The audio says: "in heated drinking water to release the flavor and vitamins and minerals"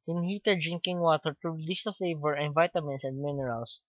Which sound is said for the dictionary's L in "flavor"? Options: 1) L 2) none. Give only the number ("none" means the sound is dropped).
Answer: 1